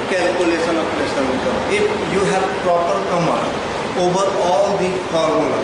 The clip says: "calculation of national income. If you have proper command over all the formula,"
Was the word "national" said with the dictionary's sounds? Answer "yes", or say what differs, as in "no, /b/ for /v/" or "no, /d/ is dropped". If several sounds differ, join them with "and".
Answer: no, /n/ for /l/